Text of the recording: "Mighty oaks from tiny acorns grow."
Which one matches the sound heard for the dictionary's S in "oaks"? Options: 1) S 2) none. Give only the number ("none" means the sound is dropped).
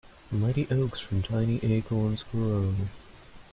1